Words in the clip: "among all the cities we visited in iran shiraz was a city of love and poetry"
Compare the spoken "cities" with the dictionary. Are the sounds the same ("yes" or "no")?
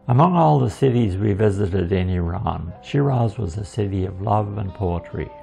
yes